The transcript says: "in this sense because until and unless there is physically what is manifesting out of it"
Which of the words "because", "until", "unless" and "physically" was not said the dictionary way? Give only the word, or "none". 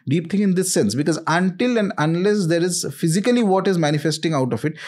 none